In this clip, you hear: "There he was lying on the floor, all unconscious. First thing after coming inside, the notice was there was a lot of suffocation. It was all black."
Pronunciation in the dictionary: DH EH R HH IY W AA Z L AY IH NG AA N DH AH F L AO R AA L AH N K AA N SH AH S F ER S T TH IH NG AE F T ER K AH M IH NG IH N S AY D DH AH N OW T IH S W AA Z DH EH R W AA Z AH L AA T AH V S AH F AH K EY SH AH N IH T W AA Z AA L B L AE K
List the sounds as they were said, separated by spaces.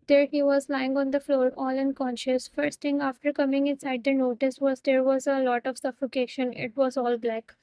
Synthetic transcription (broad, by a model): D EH R HH IY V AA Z L AY IH NG AA N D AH F L AO R AA L AH N K AA N SH AH S F ER S T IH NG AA F T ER K AH M IH NG IH N S AY D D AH N OW T IH S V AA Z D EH R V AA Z AH L AA T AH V S AH F AH K EY SH AH N IH T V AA Z AA L B L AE K